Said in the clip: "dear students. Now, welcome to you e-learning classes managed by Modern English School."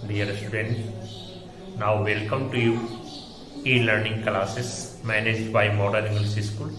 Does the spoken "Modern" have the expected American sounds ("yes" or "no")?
no